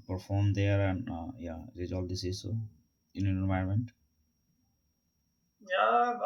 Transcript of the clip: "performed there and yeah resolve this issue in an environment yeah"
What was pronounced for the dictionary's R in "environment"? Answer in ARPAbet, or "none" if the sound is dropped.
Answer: none